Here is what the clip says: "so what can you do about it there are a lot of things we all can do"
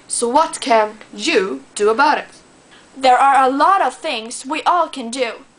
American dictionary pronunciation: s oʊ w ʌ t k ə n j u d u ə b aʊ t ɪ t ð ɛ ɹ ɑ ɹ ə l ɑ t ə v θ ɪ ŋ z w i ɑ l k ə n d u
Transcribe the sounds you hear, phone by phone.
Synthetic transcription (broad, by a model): s oʊ w ʌ t k ə n j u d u ə b aʊ t ɪ t ð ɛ ɹ ɑ ɹ ə l ɑ t ə v θ ɪ ŋ z w i ɑ l k ə n d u